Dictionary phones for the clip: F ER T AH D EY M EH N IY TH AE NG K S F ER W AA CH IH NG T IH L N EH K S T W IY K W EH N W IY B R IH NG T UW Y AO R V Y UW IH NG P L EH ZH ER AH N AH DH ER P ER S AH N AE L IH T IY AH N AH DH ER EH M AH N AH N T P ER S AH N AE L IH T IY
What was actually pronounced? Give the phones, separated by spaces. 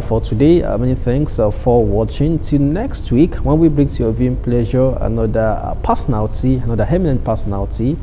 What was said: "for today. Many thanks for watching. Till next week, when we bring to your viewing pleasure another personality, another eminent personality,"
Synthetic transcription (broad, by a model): F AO T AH D EY M EH N IY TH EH NG K S F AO W AA CH IH NG T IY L N EH K S T W IY K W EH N W IY B R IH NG T UW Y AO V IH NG P L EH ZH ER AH N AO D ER P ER S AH N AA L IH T IY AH N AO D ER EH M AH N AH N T P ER S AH N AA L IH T IY